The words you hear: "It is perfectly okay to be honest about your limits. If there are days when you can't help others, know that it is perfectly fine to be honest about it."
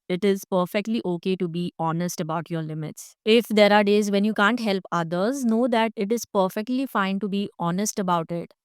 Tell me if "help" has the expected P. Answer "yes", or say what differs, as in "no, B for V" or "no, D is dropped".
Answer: yes